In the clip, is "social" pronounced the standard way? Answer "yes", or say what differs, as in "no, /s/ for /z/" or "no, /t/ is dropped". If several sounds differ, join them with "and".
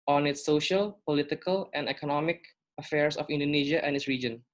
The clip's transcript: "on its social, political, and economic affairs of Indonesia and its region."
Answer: yes